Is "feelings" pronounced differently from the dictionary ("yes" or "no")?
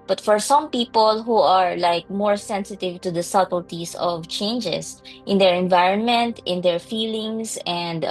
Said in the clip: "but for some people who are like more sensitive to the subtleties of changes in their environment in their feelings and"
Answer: yes